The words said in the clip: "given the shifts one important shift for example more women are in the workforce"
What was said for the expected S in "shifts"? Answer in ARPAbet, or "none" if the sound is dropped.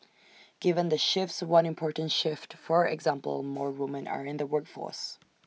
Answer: S